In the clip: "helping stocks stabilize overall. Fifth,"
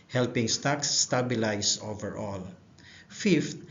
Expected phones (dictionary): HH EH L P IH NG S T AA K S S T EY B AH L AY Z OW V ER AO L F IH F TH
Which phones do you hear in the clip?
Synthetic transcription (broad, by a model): HH EH L P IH NG S T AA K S S T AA B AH L AY S OW V ER AO L F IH F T